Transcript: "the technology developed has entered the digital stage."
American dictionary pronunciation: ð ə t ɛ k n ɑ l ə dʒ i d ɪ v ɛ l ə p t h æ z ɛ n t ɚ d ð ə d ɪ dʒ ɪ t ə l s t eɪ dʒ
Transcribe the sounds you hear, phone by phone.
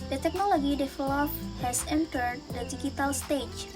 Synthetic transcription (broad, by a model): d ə t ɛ k n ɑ l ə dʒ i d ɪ f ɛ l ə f h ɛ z ɛ n t ɚ d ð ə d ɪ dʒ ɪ t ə l s t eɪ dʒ